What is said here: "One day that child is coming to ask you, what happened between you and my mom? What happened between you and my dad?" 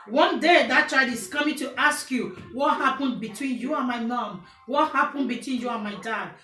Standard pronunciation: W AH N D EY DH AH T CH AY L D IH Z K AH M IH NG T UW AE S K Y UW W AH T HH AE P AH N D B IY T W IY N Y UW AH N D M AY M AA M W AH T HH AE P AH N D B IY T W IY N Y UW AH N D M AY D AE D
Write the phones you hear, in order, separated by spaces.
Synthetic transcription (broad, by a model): W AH N D EY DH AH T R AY D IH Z K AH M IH T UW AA S K Y UW W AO T HH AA P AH N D B IY T W IY N Y UW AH N M AY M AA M W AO T HH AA P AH N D B IY T W IY N Y UW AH N M AY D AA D